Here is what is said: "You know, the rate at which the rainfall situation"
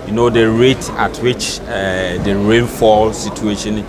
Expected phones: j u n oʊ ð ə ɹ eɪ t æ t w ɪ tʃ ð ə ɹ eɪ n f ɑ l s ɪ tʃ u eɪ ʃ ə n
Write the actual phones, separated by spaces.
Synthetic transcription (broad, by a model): j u n oʊ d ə ɹ eɪ t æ t w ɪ tʃ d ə ɹ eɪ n f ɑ l s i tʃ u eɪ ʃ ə n